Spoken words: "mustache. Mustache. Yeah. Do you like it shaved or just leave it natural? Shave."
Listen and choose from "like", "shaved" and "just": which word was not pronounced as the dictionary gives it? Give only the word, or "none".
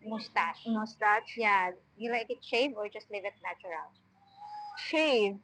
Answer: shaved